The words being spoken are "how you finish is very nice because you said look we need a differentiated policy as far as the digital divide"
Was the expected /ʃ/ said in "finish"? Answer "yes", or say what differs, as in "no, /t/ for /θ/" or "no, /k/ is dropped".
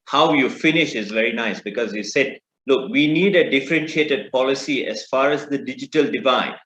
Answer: yes